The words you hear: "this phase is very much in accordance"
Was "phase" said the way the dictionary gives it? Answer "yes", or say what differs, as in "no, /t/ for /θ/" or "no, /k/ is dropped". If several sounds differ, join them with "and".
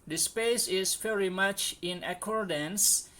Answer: no, /p/ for /f/ and /s/ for /z/